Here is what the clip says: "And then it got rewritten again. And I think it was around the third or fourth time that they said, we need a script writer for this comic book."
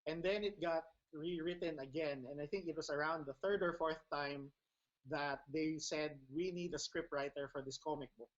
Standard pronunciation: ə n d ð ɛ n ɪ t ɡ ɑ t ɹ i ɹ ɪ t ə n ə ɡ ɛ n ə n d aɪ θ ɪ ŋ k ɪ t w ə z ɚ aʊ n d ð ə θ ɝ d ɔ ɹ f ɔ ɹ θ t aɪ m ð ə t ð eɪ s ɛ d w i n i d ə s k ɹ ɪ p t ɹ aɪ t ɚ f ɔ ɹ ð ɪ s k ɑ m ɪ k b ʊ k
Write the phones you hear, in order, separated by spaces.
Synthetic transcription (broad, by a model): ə n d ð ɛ n ɪ t ɡ ɑ t ɹ i ɹ ɪ t ə n ə ɡ ɛ n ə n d aɪ θ ɪ ŋ k ɪ t w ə s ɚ aʊ n d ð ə θ ɝ d ɔ ɹ f ɔ ɹ θ t aɪ m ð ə t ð eɪ s ɛ d w i n i d ə s k ɹ ɪ p t ɹ aɪ t ɚ f ɔ ɹ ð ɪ s k ɑ m ɪ k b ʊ k